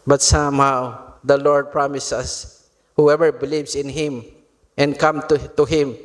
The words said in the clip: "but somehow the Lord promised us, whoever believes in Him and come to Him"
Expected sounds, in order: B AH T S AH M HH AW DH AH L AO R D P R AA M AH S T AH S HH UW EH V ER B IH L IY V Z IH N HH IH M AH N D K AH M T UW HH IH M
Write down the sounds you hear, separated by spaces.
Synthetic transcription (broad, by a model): B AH T S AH M HH AW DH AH L AO R D P R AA M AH S AH S HH UW EH V ER B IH L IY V S IH N HH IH M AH N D K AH M T UW HH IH M